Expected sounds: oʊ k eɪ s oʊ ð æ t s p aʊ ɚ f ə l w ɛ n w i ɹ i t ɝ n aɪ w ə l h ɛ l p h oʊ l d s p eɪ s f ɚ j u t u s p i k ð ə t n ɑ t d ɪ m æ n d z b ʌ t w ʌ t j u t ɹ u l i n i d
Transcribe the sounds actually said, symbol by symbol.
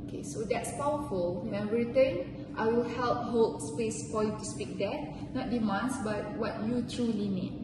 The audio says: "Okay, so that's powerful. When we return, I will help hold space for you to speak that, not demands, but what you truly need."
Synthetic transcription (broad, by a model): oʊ k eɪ s oʊ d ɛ t s p aʊ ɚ f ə l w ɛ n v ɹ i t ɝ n aɪ w ə l h ɛ l p h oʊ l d s p eɪ s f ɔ j u t u s p i k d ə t n ɑ t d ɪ m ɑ n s b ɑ t w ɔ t j u t ɹ u l i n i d